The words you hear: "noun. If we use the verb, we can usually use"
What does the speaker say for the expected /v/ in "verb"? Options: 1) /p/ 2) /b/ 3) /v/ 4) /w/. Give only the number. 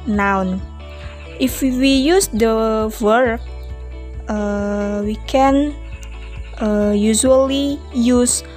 4